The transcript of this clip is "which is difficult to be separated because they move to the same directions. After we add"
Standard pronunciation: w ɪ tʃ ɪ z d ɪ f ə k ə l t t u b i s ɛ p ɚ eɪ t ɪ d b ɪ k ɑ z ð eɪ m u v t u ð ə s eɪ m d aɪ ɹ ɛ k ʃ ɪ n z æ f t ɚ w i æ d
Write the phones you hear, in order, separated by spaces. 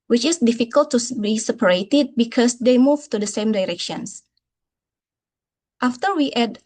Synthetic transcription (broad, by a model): w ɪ tʃ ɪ s d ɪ f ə k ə l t t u b i s ɛ p ɚ eɪ t ɪ d b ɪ k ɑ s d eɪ m u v t u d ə s eɪ m d aɪ ɹ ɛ k ʃ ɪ n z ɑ f t ɚ w i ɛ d